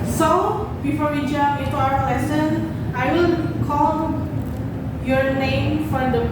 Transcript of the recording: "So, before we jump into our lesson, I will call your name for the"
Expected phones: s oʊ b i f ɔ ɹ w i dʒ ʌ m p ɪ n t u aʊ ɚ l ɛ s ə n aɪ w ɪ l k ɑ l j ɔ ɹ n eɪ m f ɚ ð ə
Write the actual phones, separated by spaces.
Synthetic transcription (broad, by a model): s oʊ b i f ɔ ɹ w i dʒ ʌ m ɪ n t u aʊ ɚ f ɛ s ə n aɪ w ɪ l k ɑ l j ɔ ɹ n eɪ m f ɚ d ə